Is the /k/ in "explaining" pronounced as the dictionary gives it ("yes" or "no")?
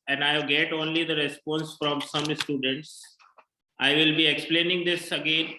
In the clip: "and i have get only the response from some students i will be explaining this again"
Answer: yes